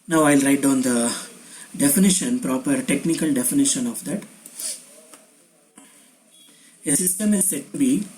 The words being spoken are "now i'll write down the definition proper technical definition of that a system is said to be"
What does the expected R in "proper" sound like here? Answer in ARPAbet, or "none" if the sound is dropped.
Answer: R